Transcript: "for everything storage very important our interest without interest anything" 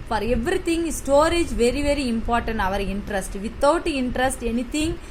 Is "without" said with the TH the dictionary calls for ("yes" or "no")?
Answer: no